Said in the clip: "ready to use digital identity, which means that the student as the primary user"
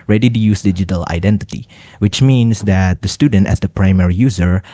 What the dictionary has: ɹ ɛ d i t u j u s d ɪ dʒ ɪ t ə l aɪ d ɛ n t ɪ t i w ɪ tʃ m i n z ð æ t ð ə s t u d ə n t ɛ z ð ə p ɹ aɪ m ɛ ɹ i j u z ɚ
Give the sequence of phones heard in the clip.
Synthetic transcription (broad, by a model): ɹ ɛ d i t u j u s d ɪ dʒ ɪ t ə l aɪ d ɛ n t ɪ t i w ɪ tʃ m i n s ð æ t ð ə s t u d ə n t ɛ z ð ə p ɹ aɪ m ɛ ɹ i j u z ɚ